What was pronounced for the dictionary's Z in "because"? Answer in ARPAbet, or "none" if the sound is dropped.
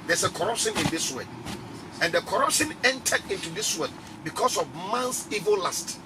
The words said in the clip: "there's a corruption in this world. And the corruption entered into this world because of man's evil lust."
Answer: S